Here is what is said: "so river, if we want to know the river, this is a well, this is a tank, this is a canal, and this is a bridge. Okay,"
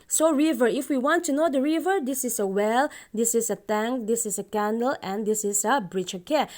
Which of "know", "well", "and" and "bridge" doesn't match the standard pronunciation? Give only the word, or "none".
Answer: bridge